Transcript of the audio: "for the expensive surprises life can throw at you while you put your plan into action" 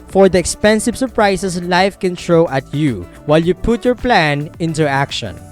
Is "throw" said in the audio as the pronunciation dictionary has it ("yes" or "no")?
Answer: no